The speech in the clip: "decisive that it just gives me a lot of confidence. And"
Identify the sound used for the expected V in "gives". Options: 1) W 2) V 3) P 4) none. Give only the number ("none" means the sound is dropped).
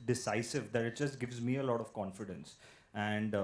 2